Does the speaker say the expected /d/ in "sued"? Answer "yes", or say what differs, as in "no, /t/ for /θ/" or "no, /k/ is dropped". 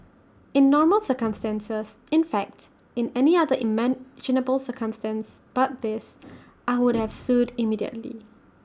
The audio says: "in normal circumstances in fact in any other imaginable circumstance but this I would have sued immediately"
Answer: yes